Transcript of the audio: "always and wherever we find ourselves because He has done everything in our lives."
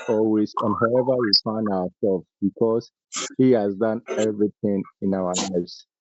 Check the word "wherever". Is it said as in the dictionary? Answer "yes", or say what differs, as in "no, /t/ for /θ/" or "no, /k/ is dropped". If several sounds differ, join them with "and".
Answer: no, /ɹ/ is dropped